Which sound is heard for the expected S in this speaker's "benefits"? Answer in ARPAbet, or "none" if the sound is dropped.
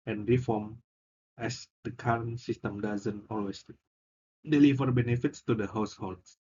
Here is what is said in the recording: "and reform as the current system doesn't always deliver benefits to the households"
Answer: S